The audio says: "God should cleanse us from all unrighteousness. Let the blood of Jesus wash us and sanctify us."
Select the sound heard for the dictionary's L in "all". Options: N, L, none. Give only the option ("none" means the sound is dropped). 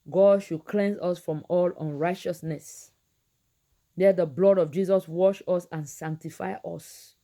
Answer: L